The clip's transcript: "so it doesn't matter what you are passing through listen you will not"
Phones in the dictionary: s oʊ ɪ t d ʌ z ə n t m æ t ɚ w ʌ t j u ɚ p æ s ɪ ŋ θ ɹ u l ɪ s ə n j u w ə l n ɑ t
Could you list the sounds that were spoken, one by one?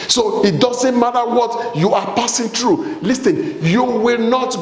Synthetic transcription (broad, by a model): s oʊ ɪ t d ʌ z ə n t m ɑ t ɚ w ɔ t j u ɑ p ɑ s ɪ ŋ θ ɹ u l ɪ s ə n j u w ə l n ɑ t